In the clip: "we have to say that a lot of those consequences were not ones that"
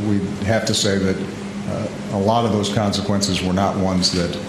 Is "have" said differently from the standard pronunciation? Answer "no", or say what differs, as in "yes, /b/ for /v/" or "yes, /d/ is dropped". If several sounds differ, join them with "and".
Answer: yes, /f/ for /v/